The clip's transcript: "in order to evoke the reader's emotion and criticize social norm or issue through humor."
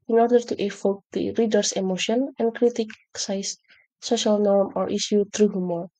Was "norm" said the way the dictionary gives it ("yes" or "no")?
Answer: yes